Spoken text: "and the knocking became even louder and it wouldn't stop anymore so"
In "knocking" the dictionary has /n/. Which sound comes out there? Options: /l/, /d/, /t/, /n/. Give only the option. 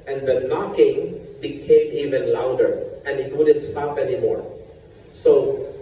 /n/